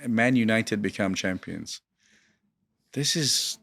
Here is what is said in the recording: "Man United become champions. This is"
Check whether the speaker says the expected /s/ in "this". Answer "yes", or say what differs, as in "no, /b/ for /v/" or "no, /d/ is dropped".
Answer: yes